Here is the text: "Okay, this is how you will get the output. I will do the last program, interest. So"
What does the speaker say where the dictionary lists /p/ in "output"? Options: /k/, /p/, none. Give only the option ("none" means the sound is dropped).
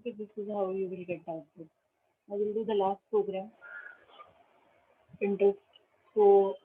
none